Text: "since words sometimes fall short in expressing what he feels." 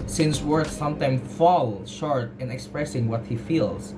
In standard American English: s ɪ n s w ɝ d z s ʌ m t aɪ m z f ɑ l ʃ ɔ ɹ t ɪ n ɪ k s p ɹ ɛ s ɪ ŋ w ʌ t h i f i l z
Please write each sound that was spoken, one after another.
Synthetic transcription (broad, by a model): s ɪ n s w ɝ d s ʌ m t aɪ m f ɑ l ʃ ɔ ɹ t ɪ n ɪ k s p ɹ ɛ s ɪ ŋ w ʌ t h i f i l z